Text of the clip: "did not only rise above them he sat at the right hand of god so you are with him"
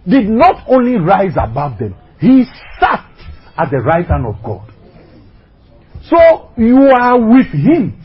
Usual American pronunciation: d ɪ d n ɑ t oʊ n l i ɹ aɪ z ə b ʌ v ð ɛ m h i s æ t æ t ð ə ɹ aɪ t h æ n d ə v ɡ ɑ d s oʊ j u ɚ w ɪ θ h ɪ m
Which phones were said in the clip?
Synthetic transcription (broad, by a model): d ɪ d n ɑ t oʊ n l i ɹ aɪ z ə b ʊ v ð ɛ m h i s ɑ t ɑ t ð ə ɹ aɪ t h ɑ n ə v ɡ ɑ d s oʊ j u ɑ w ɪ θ h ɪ m